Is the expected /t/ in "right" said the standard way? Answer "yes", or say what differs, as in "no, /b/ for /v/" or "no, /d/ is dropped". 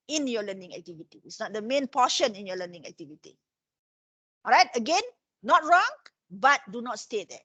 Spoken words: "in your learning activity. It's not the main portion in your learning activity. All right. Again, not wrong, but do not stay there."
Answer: yes